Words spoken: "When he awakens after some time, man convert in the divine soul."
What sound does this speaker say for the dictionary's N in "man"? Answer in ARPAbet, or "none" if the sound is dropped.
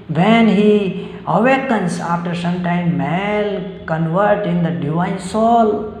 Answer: L